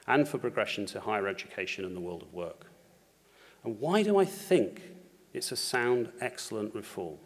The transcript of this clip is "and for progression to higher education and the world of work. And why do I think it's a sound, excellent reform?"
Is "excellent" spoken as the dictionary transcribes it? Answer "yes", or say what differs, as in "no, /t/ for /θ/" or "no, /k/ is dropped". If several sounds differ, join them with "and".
yes